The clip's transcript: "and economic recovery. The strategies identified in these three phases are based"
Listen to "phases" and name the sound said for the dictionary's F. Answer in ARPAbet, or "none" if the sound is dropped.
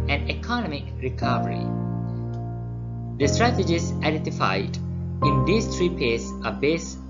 P